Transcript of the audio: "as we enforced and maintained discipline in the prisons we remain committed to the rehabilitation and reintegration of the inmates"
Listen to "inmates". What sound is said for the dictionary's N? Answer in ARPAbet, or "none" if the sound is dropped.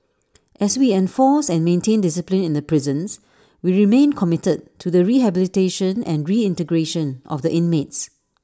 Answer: N